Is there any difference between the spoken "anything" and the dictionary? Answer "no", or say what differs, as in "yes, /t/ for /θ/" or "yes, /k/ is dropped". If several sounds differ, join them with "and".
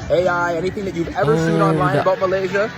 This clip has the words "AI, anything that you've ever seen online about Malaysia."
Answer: no